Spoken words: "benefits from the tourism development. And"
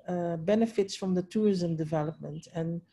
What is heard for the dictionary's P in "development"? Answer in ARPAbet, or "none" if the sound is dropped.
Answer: P